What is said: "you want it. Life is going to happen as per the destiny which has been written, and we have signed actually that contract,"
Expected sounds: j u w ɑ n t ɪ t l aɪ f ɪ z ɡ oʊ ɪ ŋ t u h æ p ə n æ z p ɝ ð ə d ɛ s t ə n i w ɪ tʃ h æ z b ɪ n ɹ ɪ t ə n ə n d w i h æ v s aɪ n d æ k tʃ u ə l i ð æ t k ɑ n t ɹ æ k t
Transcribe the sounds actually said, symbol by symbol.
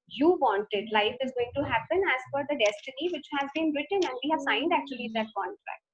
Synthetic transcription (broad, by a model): j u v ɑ n t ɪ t l aɪ f ɪ z ɡ oʊ ɪ ŋ t u h æ p ə n æ z f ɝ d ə d ɛ s t ə n i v ɪ tʃ h æ z b ɪ n ɹ ɪ t ə n ə n d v i h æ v s aɪ n d æ k tʃ u ə l i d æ t k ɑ n t ɹ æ k t